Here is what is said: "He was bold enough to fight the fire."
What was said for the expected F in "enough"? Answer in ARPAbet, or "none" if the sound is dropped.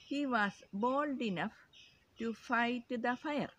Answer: F